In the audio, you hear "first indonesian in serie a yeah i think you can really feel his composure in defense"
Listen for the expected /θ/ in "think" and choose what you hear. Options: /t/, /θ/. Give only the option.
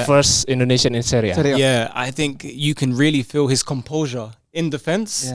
/θ/